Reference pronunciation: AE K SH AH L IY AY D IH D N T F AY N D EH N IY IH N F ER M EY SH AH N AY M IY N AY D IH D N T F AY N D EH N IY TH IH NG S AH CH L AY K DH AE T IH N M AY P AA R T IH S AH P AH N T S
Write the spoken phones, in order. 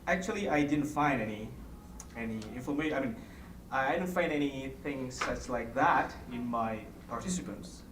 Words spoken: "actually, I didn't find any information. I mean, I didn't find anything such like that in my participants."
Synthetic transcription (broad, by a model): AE K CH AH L IY AY D IH D N T F AY N D EH N IY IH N F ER M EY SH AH IH M IY N AY D IH D N T F AY N D EH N IY TH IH NG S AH S L AY K DH AE T IH N M AY P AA R T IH S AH P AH N T S